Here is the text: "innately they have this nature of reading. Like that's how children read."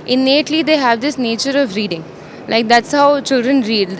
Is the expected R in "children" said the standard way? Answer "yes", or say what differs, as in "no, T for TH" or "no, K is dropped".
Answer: yes